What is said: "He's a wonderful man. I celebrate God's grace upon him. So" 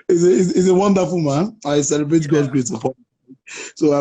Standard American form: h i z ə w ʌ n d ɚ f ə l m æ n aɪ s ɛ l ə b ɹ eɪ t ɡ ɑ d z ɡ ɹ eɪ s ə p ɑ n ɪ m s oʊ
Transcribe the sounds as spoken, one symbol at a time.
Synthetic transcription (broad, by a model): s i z ə w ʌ n d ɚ f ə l m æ n aɪ s ɛ l ə b ɹ eɪ t ɡ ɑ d ɡ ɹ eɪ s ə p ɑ ɪ s oʊ